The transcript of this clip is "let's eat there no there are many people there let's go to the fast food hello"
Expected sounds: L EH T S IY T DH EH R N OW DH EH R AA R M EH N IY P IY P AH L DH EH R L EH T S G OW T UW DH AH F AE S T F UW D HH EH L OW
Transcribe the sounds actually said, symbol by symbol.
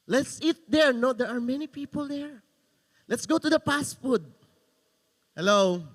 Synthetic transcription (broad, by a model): L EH T S IY T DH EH R N OW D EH R AA R M EH N IY P IY P AH L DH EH R L EH T S G OW T UW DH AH P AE S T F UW D HH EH L OW